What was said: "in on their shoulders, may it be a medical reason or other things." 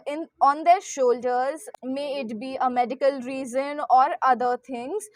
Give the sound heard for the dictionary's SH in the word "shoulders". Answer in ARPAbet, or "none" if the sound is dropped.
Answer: SH